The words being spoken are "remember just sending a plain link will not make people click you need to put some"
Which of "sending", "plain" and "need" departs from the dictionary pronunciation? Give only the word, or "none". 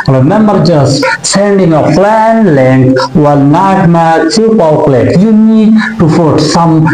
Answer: plain